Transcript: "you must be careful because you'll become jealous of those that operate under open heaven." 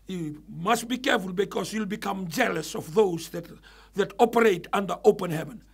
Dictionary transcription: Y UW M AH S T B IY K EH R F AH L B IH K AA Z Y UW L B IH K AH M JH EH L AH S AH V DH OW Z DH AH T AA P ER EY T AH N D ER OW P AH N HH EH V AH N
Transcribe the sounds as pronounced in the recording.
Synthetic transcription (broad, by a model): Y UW M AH S T B IY K EH R F AH L B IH K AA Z Y UW L B IH K AH M JH EH L AH S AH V DH OW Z DH AH T AA P ER EY T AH N D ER OW P AH N HH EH V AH N